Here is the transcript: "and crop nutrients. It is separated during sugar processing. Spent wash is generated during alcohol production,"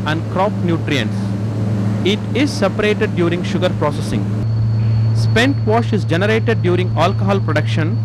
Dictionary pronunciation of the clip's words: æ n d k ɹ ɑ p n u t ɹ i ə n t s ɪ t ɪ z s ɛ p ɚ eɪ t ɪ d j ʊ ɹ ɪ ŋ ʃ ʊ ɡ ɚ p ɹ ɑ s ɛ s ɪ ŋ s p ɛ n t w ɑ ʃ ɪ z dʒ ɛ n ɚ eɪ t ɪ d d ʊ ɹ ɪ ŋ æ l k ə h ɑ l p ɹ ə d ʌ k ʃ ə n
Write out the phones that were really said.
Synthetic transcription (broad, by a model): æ n d k ɹ ɑ p n u t ɹ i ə n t s ɪ t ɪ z s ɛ p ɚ eɪ t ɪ d j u ɹ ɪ ŋ ʃ ʊ ɡ ɚ p ɹ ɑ s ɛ s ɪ ŋ s p ɛ n t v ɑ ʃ ɪ z dʒ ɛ n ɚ eɪ t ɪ d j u ɹ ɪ ŋ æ l k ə h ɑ l p ɹ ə d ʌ k ʃ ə n